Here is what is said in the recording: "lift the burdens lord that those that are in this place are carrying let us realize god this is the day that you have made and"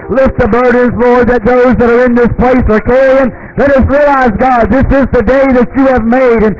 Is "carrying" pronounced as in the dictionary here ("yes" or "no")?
no